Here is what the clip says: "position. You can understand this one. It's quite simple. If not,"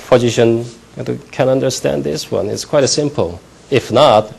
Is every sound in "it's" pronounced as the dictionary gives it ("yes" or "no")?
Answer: yes